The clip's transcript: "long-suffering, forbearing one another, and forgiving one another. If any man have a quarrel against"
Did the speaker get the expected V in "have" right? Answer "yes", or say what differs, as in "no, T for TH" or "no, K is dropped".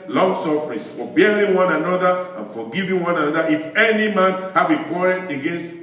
no, B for V